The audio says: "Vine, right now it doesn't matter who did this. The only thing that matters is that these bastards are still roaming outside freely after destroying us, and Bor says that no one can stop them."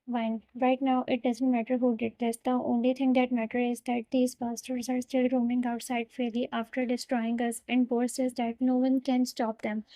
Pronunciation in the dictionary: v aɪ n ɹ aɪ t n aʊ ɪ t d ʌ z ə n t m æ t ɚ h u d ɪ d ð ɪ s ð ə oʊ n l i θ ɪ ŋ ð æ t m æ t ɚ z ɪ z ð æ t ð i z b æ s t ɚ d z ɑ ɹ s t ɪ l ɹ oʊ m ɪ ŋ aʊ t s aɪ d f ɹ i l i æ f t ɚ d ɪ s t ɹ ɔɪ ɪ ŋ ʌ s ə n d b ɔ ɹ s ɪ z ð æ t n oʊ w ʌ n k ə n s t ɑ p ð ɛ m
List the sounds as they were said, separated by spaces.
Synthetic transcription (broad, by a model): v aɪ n ɹ aɪ t n aʊ ɪ t d ʌ z ə n t m æ t ɚ h u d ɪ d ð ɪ s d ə oʊ n l i t ɪ ŋ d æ t m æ t ɚ ɪ z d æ t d i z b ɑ s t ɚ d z ɑ ɹ s t ɪ l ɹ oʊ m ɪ ŋ aʊ t s aɪ d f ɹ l i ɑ f t ɚ d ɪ s t ɹ ɔɪ ɪ ŋ ʌ s ə n d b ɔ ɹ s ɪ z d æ t n oʊ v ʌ n k ə n s t ɑ p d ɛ m